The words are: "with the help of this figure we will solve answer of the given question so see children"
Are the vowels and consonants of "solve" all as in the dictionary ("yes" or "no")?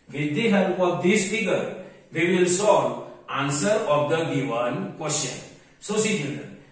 no